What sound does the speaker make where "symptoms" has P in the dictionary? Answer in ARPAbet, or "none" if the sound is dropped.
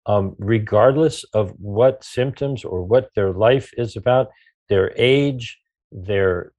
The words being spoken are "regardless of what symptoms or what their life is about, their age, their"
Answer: P